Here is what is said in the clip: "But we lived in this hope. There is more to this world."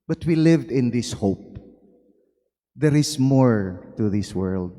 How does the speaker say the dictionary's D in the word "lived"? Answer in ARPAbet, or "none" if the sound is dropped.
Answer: D